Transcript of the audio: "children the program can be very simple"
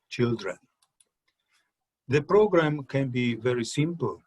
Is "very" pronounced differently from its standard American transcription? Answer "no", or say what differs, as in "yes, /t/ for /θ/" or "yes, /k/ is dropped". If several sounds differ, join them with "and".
no